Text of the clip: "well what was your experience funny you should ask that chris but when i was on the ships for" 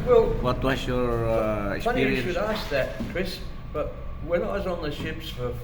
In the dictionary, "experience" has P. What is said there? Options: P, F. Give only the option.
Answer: F